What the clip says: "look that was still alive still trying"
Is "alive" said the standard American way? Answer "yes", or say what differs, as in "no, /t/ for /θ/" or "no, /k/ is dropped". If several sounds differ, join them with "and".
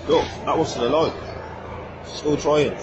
no, /l/ is dropped